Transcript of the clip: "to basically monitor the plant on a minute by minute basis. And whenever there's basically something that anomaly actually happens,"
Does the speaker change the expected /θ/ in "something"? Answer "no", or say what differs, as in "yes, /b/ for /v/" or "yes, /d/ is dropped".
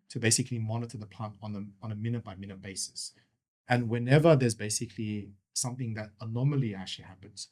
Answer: no